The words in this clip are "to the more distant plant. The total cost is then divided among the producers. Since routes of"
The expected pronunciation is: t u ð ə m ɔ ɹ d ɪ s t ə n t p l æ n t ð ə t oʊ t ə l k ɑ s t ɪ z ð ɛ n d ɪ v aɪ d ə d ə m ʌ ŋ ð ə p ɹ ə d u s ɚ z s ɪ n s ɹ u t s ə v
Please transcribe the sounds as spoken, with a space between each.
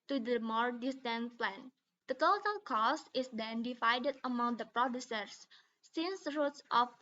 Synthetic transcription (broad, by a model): t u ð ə m ɔ ɹ d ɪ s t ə n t p l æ n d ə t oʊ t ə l k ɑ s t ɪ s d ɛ n d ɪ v aɪ d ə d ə m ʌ ŋ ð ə p ɹ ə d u s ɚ s ɪ n s ɹ u t s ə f